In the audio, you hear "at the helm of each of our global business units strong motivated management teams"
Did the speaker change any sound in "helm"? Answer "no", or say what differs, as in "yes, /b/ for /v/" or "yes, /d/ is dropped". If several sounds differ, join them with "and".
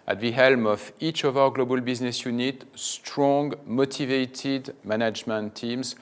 no